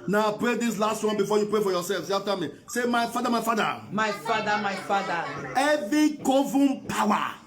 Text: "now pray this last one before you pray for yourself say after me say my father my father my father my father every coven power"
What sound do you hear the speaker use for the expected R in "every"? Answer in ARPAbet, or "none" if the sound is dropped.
none